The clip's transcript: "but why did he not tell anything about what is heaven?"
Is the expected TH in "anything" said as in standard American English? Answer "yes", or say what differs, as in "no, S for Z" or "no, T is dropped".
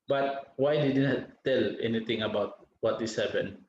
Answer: no, T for TH